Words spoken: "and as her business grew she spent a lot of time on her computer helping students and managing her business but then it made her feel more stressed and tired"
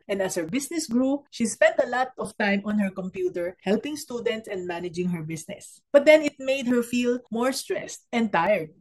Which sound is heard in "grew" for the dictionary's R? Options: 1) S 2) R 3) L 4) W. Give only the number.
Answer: 2